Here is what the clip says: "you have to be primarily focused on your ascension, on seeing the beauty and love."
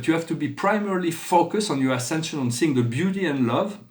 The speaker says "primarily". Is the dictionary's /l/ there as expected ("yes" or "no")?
yes